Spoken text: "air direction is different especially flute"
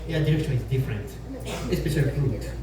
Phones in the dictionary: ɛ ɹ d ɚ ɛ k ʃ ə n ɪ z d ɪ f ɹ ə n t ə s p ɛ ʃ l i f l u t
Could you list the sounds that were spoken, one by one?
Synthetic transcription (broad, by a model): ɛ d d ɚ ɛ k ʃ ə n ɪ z d ɪ f ɹ ə n t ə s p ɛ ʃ i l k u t